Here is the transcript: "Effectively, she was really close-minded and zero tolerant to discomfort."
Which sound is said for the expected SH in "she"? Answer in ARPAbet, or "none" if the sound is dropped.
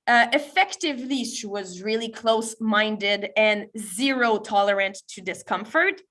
S